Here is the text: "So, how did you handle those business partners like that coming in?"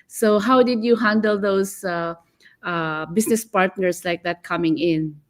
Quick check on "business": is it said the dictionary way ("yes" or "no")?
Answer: no